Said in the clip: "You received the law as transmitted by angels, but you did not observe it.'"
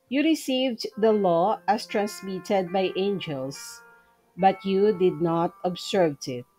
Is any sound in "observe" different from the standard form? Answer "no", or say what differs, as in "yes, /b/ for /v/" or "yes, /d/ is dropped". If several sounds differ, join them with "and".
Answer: yes, /s/ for /z/